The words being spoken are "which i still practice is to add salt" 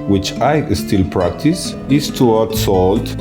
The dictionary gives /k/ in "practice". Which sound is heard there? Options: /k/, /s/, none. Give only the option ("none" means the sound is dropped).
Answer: /k/